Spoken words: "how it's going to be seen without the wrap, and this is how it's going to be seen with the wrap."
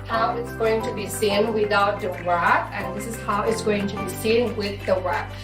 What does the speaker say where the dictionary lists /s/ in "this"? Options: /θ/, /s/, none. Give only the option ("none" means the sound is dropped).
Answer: /s/